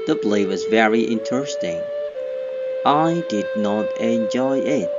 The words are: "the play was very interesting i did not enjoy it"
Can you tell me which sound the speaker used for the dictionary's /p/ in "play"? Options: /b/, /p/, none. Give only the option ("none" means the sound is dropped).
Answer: /b/